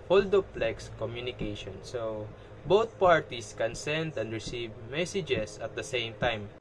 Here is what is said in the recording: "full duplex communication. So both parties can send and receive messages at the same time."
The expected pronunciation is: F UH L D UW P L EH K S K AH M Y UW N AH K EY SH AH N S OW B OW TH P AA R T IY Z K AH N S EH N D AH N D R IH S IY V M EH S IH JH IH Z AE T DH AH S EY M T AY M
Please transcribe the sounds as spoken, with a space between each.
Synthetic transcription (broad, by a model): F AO L D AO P L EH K S K AH M Y UW N AH K EY SH AH N S OW B OW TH P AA R T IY S K AH N S EH N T AH N D R IH S IY V M EH S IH JH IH S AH T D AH S EY M T AY M